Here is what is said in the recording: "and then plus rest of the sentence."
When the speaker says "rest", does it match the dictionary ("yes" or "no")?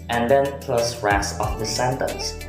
no